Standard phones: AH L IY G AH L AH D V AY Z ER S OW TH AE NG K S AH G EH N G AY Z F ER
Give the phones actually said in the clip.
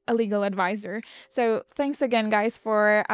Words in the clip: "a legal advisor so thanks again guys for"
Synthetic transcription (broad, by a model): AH L IY G L AH D V AY Z ER S OW TH AE NG K S AH G EH N G AY Z F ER